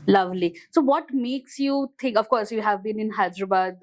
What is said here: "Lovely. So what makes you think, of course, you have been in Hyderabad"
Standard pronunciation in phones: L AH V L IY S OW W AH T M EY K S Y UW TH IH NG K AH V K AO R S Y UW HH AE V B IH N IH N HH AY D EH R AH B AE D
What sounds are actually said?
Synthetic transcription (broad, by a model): L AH V L IY S OW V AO T M EY K S Y UW T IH NG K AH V K AO R S Y UW HH AE V B IH N IH N HH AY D R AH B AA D